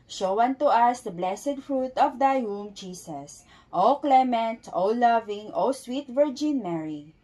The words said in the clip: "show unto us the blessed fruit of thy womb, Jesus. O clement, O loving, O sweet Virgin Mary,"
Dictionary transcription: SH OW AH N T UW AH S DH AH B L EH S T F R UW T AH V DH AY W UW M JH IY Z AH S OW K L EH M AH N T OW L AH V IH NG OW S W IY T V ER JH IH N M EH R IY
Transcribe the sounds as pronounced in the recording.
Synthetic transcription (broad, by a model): SH OW AH N T UW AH S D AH B L EH S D F R UW T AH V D AY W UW M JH IY S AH S OW K L EH M AH N T OW L AH V IH NG OW S W IY T V ER JH IH N M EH R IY